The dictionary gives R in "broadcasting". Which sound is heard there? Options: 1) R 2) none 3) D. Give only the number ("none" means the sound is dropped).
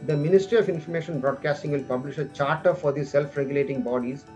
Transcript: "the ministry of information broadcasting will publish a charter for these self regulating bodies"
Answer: 1